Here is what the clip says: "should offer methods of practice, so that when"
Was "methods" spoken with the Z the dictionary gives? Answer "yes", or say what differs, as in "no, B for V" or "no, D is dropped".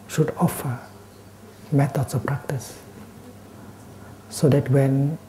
no, S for Z